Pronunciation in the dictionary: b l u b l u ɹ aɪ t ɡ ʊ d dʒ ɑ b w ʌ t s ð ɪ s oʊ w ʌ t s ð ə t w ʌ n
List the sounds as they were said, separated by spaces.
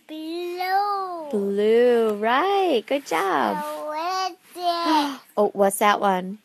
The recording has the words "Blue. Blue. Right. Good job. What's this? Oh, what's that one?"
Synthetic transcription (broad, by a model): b l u b l u ɹ aɪ t ɡ ʊ d dʒ ɑ b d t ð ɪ oʊ w ʌ t s ð ə t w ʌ n